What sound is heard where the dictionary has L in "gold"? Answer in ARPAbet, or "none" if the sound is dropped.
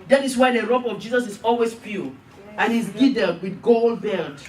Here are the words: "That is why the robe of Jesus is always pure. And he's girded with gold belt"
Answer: L